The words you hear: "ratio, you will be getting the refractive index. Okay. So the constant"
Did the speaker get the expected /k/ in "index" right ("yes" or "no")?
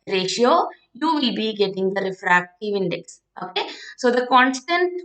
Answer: yes